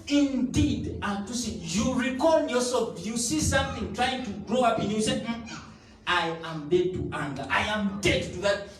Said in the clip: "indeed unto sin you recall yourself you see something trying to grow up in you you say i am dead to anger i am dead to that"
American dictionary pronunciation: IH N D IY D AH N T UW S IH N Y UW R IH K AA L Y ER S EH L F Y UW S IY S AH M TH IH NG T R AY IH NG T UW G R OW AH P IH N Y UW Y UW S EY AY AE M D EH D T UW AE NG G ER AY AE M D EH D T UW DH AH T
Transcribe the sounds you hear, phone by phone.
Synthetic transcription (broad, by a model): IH N D IY D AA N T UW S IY Y UW R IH K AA N Y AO S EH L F Y UW S IY S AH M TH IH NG T R AY IH NG T UW G R OW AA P IH N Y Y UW S EY AY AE M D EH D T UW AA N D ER AY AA M D EH D T UW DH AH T